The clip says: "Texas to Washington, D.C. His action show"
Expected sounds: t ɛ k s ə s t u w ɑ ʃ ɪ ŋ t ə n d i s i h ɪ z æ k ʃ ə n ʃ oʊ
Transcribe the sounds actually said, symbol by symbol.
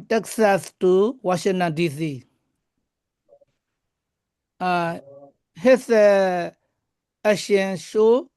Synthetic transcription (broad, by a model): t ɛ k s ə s t u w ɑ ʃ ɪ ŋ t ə n d i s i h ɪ s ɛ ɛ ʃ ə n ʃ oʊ